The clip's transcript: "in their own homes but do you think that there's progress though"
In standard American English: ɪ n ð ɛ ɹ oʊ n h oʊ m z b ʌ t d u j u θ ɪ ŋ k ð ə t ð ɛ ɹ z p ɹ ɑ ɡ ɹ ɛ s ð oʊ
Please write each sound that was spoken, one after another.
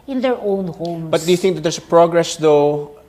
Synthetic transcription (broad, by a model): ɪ n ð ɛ ɹ oʊ n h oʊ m b ʌ t d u j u θ ɪ ŋ k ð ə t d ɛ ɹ s p ɹ ɑ ɡ ɹ ɛ s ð oʊ